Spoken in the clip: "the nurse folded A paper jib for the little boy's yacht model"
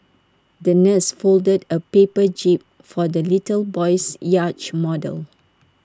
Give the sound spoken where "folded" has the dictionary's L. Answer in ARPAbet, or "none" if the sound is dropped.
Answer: L